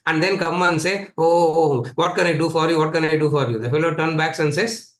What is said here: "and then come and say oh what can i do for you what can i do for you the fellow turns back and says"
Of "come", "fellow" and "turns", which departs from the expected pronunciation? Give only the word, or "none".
turns